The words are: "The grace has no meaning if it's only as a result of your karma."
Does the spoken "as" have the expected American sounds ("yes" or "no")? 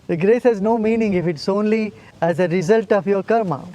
yes